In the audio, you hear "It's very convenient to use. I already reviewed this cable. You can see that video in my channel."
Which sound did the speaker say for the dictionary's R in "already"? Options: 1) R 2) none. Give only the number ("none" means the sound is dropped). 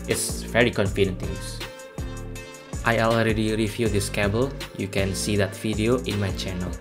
1